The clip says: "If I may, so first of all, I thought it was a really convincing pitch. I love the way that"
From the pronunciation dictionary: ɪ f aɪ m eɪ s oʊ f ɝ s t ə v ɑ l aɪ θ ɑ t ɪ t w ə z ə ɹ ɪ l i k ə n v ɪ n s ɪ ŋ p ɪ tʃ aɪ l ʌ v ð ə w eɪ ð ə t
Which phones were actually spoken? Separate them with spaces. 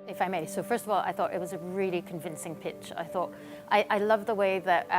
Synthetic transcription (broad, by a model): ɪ f aɪ m eɪ s oʊ f ɝ s t ə v ɑ l aɪ θ ɑ t ɪ t w ə z ə ɹ ɪ l i k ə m v ɪ n s ɪ ŋ p ɪ tʃ aɪ l ʌ v ð ə w eɪ ð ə t